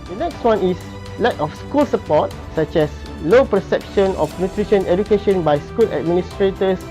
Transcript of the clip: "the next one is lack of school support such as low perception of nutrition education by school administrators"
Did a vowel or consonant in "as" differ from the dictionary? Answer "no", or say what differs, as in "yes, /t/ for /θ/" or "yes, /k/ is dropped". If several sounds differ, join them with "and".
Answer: yes, /s/ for /z/